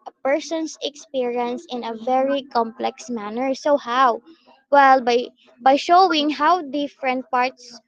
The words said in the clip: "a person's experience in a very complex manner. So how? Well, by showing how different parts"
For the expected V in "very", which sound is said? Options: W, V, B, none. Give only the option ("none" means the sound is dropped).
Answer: V